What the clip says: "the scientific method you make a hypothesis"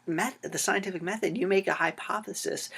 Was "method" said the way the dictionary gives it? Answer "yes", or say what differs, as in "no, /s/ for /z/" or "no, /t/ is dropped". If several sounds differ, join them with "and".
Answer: yes